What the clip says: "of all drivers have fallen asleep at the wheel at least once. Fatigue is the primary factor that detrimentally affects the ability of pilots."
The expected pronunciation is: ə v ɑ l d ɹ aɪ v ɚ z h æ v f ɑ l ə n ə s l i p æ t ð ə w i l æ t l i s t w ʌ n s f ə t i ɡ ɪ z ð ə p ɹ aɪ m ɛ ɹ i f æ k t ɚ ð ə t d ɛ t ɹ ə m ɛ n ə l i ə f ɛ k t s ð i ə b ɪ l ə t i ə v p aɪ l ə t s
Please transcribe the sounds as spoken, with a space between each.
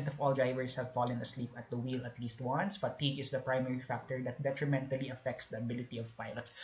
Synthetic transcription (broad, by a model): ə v ɑ l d ɹ aɪ v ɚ s h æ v f ɑ l ə n ə s l i p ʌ t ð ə w i l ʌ t l i s t w ʌ n s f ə t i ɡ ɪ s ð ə p ɹ aɪ m ɛ ɹ i f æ k t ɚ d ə t d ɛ t ɹ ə m ɛ n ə l i ə f ɛ k t s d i ə b ɪ l ə t i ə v p aɪ l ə t s